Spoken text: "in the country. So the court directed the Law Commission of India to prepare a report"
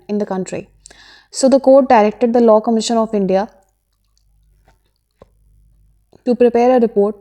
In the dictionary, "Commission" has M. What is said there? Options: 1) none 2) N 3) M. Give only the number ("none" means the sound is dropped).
3